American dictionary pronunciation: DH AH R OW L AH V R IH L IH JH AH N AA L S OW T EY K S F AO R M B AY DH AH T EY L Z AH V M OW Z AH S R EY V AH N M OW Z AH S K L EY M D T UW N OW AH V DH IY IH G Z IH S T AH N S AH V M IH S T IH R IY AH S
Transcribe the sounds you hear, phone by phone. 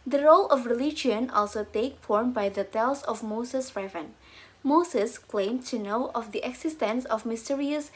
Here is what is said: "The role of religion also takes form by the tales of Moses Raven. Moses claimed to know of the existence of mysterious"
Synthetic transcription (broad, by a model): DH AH R OW L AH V R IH L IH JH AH N AA L S OW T EY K F AO R M B AY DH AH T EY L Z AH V M OW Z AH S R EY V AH N M OW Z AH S K L EY M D T UW N OW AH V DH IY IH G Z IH S T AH N S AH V M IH S T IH R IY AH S